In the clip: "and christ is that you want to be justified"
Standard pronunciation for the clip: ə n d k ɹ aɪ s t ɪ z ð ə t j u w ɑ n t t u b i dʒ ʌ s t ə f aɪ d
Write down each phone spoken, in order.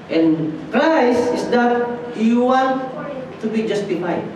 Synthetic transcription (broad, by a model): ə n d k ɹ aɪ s ɪ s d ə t j u w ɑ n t t u b i dʒ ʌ s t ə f aɪ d